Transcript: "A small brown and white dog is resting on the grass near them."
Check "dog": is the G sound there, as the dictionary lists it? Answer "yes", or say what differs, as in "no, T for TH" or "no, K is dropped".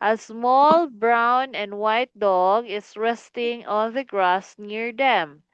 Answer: yes